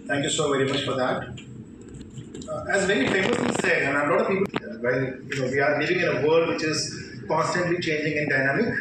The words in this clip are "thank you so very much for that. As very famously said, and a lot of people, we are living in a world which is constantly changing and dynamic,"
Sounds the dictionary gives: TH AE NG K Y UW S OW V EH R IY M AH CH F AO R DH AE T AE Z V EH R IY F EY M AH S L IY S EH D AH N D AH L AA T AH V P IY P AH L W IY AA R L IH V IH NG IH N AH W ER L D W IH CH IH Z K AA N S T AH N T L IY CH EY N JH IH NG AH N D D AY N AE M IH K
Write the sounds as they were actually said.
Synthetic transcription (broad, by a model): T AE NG K Y UW S OW V EH R IY M AH CH F AO R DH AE T AE Z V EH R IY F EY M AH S IY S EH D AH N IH AH L AA T AH V P IY P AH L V IY AA R L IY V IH NG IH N AH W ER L D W IH CH IH Z K AA N S T AH N T L IY CH EY N JH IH NG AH N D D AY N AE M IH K